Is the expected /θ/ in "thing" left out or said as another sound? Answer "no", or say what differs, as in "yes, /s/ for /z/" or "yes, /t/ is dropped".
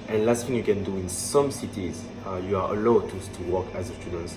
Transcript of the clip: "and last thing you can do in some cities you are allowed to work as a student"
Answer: yes, /f/ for /θ/